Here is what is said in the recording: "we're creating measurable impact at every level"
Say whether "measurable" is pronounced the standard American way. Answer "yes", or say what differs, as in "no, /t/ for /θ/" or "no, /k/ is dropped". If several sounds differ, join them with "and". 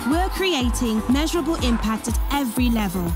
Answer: yes